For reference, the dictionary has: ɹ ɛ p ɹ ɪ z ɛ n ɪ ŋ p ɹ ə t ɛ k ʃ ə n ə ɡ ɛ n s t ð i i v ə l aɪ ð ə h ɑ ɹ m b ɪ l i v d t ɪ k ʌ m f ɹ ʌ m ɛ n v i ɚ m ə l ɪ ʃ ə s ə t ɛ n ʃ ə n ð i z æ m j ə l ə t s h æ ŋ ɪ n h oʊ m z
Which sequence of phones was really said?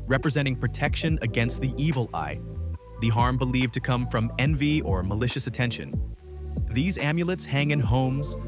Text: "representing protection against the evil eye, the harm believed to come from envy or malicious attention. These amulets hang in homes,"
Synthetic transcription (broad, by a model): ɹ ɛ p ɹ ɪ z ɛ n ɪ ŋ p ɹ ə t ɛ k ʃ ə n ə ɡ ɛ n s t ð i i v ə l aɪ ð ə h ɑ ɹ m b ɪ l i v t ɪ k ʌ m f ɹ ʌ m ɛ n v i ɚ m ə l ɪ ʃ ə s ə t ɛ n ʃ ə n ð i z æ m j ə l ə t s h æ ŋ ɪ n h oʊ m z